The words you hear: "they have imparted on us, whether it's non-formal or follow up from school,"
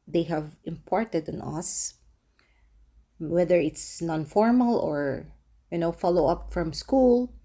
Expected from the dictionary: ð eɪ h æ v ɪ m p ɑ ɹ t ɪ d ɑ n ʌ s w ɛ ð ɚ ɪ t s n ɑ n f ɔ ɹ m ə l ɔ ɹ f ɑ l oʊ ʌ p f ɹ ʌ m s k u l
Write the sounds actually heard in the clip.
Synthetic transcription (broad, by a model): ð eɪ h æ v ɪ m p ɑ ɹ t ɪ d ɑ n ʌ s w ɛ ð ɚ ɪ t s n ɑ n f ɔ ɹ m ə l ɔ ɹ f ɑ l oʊ ʌ p f ɹ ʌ m s k u l